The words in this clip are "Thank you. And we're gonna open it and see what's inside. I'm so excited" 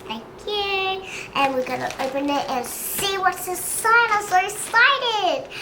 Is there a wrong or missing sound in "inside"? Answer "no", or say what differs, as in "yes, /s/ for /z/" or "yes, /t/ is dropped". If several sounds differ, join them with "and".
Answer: yes, /n/ is dropped